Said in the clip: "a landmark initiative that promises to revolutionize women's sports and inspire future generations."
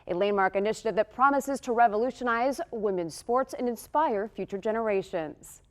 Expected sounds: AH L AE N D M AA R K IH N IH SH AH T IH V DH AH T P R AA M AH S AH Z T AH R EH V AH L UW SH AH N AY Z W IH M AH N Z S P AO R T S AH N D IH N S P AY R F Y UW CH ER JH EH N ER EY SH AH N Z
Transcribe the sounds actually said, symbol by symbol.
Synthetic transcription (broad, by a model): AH L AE N M AA R K IH N IH SH AH T IH V DH AH T P R AA M AH S AH Z T AH R EH V AH L UW SH AH N AY Z W IH M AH N S P AO R T S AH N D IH N S P AY R F Y UW CH ER JH EH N ER EY SH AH N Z